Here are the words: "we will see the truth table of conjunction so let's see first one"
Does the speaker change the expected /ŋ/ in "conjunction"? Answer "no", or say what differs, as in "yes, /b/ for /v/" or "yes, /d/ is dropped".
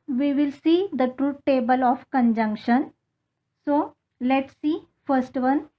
no